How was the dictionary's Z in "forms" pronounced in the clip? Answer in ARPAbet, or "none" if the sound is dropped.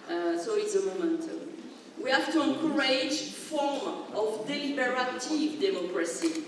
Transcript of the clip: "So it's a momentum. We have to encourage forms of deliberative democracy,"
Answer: none